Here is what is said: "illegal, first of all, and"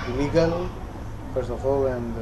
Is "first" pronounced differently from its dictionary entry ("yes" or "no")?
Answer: yes